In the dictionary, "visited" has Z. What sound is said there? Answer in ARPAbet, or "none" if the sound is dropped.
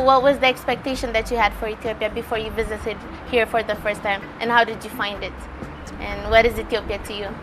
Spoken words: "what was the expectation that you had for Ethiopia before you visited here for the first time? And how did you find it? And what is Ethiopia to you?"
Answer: Z